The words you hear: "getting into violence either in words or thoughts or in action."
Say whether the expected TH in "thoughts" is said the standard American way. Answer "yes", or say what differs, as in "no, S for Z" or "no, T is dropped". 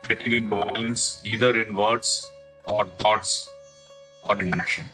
no, T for TH